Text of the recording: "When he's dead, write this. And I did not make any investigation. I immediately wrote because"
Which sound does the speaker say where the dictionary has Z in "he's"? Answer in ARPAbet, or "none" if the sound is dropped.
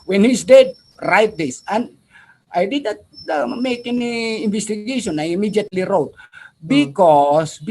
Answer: S